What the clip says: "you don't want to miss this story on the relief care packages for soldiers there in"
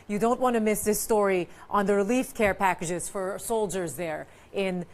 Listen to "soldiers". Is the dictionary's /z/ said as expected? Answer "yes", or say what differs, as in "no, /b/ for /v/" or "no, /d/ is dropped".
yes